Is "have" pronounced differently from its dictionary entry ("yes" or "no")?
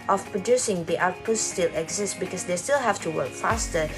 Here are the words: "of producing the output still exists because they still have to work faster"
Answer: yes